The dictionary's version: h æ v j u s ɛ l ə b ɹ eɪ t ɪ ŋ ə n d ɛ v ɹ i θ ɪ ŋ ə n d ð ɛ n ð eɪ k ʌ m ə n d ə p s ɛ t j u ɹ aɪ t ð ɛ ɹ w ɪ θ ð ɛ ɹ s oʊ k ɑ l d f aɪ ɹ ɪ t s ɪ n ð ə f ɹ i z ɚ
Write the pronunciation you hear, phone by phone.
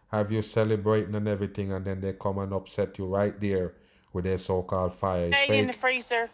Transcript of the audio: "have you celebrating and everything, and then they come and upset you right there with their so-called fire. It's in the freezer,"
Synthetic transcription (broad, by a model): h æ v j u s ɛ l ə b ɹ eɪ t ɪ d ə n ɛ v ɹ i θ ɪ ŋ ə n d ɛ n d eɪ k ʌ m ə n ə p s ɛ t j u ɹ aɪ t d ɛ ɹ w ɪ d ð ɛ s oʊ k ɑ l d f aɪ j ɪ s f ɪ n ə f ɹ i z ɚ